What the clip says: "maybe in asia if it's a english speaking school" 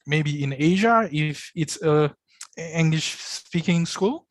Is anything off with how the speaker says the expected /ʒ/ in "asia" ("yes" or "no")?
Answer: no